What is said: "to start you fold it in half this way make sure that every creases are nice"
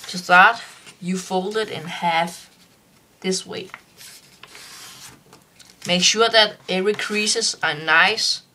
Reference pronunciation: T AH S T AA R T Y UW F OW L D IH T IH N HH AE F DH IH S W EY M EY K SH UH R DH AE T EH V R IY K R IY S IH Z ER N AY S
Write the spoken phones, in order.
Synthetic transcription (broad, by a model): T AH S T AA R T Y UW F OW L D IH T IH N HH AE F DH IH S W EY M EY K SH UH DH AE T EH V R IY K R IY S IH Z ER N AY S